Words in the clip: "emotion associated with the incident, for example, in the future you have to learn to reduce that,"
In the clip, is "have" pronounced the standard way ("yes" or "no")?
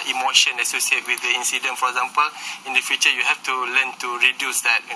no